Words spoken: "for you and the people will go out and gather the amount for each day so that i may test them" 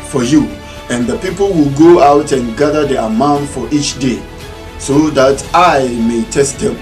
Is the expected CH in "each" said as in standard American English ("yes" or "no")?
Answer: yes